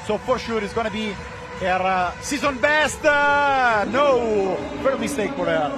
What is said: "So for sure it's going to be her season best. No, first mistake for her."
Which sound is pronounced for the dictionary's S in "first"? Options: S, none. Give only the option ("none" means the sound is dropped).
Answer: none